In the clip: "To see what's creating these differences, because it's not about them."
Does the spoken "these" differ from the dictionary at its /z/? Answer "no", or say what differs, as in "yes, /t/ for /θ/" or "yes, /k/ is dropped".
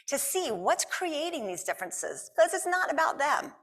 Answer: no